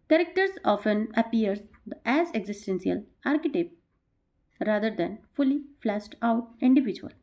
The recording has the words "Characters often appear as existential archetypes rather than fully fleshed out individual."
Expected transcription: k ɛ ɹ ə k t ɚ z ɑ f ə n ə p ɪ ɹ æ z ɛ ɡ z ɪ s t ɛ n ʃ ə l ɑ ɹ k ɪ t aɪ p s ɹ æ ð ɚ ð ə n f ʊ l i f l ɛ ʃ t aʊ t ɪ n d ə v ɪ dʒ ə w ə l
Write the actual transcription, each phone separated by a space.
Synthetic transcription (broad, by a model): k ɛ ɹ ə k t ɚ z ɑ f ə n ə p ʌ ɹ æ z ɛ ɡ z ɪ s t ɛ n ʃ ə l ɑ ɹ k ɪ t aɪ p ɹ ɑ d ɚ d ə n f ʊ l i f l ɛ s t aʊ t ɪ n d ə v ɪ dʒ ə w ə l